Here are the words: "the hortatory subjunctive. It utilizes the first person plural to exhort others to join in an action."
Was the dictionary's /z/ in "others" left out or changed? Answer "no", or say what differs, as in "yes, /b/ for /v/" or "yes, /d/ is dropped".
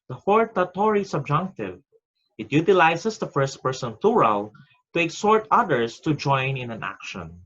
yes, /s/ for /z/